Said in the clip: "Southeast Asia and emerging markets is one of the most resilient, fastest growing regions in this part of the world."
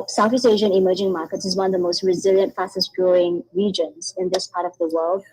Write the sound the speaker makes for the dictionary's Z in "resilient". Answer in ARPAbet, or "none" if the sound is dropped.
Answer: Z